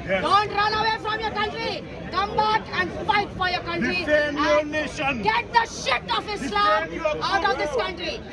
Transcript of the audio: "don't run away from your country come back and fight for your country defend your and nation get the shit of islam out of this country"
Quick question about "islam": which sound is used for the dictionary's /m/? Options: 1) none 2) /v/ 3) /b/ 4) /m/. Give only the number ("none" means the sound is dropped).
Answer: 1